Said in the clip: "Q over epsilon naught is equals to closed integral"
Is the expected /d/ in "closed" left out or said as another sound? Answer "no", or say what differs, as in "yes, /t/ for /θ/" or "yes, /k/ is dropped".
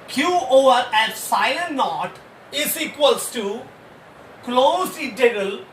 yes, /d/ is dropped